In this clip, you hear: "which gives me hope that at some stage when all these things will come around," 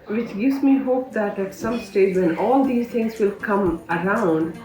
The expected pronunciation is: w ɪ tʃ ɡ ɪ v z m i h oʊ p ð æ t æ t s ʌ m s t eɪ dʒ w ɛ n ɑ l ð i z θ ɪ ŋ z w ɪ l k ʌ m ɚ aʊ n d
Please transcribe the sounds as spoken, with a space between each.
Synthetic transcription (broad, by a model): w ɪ tʃ ɡ ɪ v z m i h oʊ p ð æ t æ t s ʌ m s t eɪ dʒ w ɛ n ɑ l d i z t ɪ ŋ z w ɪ l k ʌ m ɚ aʊ n d